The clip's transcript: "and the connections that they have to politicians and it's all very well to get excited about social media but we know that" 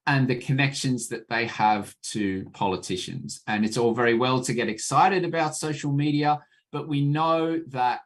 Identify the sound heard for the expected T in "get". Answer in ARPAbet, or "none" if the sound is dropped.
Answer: T